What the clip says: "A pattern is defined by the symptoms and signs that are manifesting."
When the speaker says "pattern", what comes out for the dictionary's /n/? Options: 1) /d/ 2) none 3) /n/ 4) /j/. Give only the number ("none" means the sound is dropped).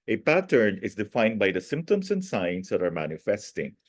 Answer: 3